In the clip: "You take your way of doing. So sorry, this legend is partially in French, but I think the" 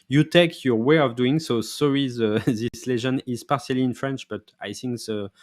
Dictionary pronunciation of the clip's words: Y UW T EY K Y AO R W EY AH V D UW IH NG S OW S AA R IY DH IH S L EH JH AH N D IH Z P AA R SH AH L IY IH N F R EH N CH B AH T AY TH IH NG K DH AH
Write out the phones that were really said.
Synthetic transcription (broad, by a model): Y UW T EY K Y AO R W EY AH V D UW IH NG S OW S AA R IY DH IH S L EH ZH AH N IH Z P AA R S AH L IY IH N F R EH N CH B AH T AY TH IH NG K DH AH